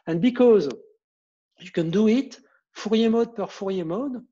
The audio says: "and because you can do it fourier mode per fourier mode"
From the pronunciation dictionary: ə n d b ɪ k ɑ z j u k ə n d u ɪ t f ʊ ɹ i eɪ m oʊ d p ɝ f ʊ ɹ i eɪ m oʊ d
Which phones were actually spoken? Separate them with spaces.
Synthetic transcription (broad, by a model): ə n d b ɪ k ɑ z j u k ə n d u ɪ t f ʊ ɹ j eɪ m oʊ d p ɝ f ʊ ɹ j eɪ m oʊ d